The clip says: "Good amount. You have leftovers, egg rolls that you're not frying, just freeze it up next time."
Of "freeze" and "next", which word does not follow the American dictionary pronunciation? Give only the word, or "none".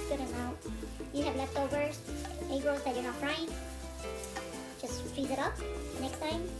freeze